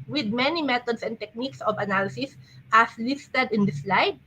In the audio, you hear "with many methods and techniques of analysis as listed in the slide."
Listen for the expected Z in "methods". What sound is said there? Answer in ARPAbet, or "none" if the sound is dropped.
S